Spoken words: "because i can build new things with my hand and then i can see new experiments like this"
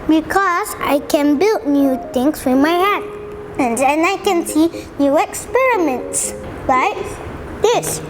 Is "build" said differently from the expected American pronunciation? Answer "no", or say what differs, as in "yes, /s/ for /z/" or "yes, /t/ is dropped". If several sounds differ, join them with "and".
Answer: no